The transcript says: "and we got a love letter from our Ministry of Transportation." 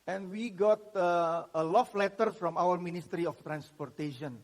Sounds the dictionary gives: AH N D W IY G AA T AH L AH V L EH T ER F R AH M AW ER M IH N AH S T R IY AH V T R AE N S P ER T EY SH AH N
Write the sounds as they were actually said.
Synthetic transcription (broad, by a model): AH N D W IY G AA T AH L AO F L EH T ER F R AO M AW ER M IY N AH S T R IY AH F T R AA N S P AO T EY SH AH N